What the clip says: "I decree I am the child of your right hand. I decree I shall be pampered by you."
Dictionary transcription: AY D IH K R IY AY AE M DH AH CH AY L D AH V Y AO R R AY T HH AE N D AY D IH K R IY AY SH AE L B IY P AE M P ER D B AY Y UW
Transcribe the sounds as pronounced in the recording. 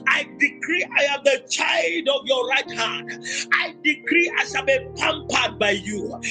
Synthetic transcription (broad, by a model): AY D IH K R IY AY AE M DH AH CH AY L D AH V Y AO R R AY T HH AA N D AY D IH K R IY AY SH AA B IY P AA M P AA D B AY Y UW